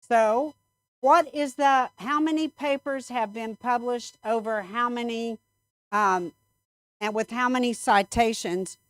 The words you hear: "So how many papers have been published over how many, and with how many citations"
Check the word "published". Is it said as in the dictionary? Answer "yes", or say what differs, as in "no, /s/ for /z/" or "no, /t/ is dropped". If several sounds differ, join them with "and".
yes